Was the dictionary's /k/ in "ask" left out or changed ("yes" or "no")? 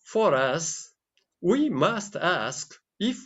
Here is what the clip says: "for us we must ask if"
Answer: no